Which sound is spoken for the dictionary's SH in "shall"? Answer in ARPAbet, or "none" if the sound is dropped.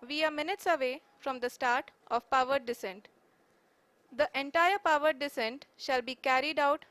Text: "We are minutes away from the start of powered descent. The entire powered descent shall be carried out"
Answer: SH